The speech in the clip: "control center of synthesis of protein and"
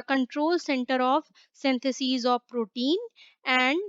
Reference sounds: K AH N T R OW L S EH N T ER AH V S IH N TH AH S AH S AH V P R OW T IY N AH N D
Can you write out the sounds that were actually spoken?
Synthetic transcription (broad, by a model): K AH N T R OW L S EH N T ER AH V S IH N T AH S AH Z AH V P R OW T IY N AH N D